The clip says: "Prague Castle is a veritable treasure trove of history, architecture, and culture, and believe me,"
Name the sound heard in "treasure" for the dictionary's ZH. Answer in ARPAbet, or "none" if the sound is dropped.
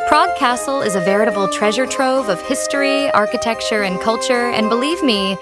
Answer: ZH